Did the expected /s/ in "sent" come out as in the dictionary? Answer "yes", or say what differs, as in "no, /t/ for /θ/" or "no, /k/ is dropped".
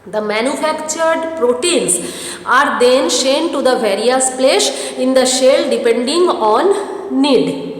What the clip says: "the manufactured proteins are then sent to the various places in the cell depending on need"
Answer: no, /ʃ/ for /s/